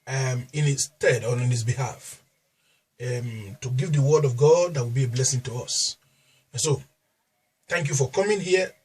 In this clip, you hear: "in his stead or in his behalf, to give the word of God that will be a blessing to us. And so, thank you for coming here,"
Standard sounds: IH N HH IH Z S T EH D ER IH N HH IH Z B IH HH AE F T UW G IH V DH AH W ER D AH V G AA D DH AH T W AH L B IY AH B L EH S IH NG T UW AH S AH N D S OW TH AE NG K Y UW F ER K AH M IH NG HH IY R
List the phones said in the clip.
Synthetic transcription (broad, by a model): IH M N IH S T EH D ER IH N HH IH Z B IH HH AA F T UW G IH V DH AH W ER D AH V G AA D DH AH T W AH L B IY AH B L EH S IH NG T UW AH S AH N S OW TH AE NG K Y UW F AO K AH M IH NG HH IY